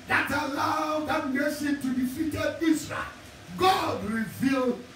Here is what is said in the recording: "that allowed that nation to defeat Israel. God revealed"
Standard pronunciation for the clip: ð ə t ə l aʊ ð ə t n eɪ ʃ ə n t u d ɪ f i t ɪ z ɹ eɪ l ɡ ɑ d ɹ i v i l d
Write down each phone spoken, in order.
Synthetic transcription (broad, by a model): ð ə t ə l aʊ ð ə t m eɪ s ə t u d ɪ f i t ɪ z ɹ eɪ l ɡ ɑ d ɹ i v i l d